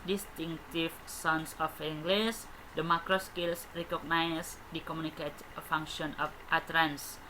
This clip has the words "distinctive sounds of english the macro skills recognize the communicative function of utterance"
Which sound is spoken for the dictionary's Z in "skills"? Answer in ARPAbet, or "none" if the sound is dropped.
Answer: S